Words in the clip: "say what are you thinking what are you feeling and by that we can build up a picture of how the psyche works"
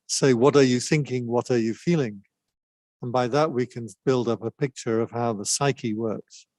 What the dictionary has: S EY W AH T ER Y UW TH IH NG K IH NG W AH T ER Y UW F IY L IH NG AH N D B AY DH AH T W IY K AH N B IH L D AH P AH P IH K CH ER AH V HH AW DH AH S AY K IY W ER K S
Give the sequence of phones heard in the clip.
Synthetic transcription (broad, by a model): S EY W AH T ER Y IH TH IH NG K IH NG W AH T ER Y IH F IY L IH NG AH N B AY DH AH T W IY K AH N B IH L D AH P AH P IH K CH ER AH V HH AW DH AH S AY K IY W ER K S